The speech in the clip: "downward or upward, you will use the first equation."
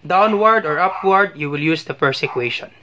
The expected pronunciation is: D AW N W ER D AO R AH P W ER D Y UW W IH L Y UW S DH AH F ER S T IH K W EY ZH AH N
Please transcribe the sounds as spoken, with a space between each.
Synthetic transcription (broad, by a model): D AW N W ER D AO R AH P W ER D Y UW W IH L Y UW S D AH P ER S IH K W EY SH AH N